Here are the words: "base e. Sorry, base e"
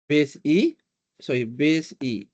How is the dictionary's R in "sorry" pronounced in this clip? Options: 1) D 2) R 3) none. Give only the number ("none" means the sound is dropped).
3